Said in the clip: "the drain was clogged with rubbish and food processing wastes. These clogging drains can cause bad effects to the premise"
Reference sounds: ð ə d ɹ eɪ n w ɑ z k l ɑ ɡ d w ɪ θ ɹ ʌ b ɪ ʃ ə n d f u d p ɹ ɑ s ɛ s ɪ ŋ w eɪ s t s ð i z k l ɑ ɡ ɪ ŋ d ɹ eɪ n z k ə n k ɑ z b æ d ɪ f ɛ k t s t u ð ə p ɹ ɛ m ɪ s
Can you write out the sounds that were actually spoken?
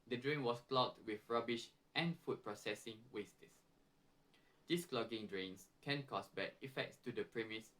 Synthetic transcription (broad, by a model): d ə d ɹ eɪ n w ɑ s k l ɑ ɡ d w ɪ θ ɹ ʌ b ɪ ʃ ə n f u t p ɹ ɑ s ɛ s ɪ ŋ w eɪ s t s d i s k l ɑ ɡ ɪ ŋ d ɹ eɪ n s k ə n k ɑ s b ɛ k ɪ f ɛ k t s t u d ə p ɹ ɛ m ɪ s